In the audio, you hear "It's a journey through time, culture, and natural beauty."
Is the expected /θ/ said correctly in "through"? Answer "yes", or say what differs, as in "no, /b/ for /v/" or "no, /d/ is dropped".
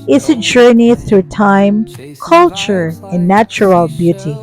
yes